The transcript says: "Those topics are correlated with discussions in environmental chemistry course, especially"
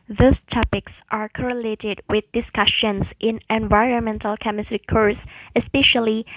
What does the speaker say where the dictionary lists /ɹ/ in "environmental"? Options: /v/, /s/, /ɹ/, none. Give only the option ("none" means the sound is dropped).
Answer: /ɹ/